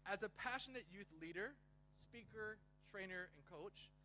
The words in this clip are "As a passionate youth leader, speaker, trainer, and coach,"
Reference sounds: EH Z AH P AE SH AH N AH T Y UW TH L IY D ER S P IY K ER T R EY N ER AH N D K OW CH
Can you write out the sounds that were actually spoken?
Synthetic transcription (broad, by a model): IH Z AH P AE SH AH N AH T Y UW TH L IY D ER S P IY K ER T R EY N ER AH N K OW CH